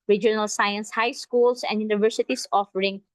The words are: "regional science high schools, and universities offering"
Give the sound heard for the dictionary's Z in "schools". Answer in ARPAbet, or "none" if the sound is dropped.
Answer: S